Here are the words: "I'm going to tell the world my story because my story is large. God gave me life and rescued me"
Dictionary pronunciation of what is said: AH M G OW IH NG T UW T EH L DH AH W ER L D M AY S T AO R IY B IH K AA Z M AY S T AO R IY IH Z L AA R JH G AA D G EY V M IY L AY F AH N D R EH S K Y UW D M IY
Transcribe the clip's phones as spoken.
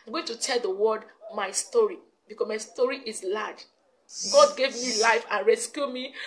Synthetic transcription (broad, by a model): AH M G OW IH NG T UW T EH L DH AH W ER D M AY S T AO R IY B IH K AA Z M AY S T AO R IY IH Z L AA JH G AA D G EY V M IY L AY F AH N R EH S K Y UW M IY